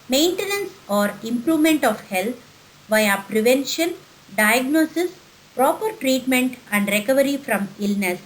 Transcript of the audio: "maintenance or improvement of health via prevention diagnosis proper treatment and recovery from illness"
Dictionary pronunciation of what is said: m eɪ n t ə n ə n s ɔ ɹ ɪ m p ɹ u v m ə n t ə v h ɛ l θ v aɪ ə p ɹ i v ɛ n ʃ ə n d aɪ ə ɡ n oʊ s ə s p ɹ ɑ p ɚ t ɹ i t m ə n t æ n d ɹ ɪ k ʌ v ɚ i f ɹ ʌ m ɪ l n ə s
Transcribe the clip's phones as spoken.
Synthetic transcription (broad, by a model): m eɪ n t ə n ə n s ɔ ɹ ɪ m p ɹ u v m ə n t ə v h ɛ l t v aɪ ə p ɹ i v ɛ n ʃ ə n d aɪ ə ɡ n oʊ s ə s p ɹ ɑ p ɚ t ɹ i t m ə n t æ n d ɹ ɪ k ʌ v ɚ i f ɹ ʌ m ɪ l n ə s